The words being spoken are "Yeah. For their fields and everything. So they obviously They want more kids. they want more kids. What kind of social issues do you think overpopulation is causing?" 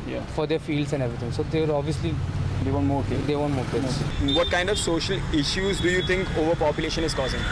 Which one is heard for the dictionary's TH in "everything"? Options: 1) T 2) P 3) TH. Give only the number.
1